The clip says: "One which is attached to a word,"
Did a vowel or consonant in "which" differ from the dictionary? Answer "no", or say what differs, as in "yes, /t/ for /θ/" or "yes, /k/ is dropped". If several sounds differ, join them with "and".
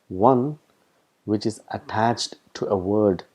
no